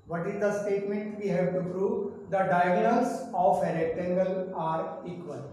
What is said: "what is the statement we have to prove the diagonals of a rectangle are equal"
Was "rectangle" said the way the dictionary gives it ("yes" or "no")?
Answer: no